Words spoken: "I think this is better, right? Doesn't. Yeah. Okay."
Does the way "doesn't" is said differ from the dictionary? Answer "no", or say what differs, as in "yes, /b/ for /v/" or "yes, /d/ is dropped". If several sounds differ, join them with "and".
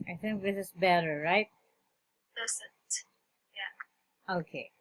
yes, /s/ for /z/